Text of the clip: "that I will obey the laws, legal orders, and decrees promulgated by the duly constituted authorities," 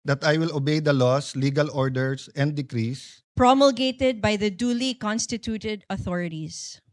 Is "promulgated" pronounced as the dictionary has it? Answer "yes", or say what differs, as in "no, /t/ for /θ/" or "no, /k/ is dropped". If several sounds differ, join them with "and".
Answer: yes